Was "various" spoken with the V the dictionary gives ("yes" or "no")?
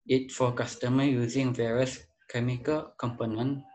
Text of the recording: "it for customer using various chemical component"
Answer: yes